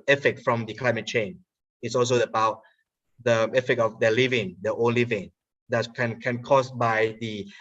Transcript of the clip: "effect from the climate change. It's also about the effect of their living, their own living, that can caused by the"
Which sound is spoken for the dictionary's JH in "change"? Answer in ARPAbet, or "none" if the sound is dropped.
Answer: none